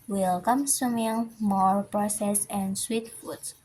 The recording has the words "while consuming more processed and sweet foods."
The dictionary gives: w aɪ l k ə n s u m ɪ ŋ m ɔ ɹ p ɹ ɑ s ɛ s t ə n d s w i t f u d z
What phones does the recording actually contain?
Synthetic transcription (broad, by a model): w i l k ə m s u m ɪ ŋ m ɔ ɹ p ɹ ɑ s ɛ s ə n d s w i t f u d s